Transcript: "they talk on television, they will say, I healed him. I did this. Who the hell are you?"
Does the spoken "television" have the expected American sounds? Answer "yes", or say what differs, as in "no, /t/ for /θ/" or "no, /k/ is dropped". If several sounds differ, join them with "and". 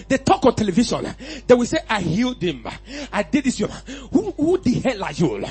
no, /ʃ/ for /ʒ/